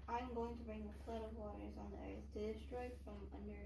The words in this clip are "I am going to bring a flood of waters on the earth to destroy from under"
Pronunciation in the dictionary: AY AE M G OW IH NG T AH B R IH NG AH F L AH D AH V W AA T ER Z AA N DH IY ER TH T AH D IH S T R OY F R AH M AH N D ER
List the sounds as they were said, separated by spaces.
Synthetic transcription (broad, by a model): AY M G OW IH NG T AH B R IH NG AH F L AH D AH V W AA T ER Z N DH IY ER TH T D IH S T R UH F R AH M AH N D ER